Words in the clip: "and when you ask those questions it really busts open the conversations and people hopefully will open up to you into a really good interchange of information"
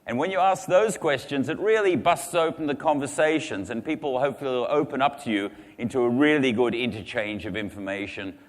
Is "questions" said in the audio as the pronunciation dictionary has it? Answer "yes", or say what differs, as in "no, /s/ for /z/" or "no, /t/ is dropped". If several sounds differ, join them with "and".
yes